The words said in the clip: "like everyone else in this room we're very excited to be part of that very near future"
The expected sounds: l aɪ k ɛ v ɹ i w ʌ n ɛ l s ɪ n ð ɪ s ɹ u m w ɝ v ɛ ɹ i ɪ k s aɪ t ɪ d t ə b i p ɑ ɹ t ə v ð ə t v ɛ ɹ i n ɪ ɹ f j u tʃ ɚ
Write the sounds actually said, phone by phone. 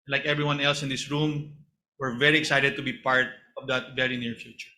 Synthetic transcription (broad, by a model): l aɪ k ɛ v ɹ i w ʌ n ɛ l s ɪ n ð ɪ s ɹ u m w ɝ v ɛ ɹ i ɪ k s aɪ t ɪ d t ə b i p ɑ ɹ t ə v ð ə t v ɛ ɹ i n ɪ ɹ f j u tʃ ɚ